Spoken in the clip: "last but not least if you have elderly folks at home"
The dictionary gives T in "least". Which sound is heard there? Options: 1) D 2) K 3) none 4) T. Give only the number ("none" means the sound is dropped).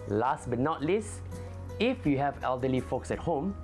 3